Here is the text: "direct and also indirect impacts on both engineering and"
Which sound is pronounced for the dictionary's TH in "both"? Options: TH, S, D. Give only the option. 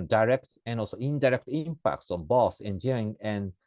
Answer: S